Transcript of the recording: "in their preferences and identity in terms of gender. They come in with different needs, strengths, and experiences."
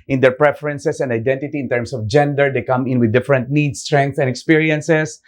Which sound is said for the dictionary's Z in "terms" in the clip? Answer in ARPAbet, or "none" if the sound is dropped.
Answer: S